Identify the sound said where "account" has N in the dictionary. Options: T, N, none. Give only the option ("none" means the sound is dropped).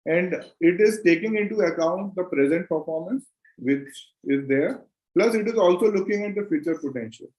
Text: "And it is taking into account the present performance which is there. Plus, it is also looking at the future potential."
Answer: N